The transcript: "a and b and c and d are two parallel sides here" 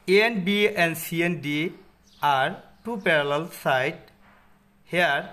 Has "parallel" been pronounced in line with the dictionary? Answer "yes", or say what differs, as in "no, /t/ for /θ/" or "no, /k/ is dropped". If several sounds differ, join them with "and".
yes